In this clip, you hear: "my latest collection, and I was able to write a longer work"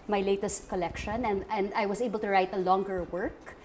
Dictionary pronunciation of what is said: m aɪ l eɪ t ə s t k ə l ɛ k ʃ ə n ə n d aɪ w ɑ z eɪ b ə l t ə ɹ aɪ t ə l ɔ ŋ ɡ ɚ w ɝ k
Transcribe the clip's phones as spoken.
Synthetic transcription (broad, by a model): m aɪ l eɪ t ə s t k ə l ɛ k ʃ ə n ə n d aɪ w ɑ s eɪ b ə l t ə ɹ aɪ t ə l ɔ ŋ ɡ ɚ w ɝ k